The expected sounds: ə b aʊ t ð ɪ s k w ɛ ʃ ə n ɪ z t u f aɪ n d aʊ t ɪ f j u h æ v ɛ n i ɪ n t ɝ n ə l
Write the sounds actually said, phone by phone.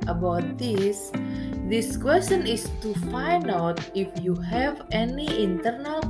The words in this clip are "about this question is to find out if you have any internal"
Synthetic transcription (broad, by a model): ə b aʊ t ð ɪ s k w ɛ s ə n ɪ s t u f aɪ n aʊ t ɪ f j u h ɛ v ɛ n i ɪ n t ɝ n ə l